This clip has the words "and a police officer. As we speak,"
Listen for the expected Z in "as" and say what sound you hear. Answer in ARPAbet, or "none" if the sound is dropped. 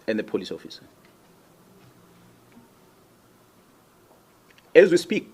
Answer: Z